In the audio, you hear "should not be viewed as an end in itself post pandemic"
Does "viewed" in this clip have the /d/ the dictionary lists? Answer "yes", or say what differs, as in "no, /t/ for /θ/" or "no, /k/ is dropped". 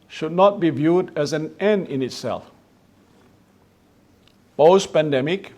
yes